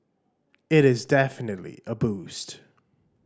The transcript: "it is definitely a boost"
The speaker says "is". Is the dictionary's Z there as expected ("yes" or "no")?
yes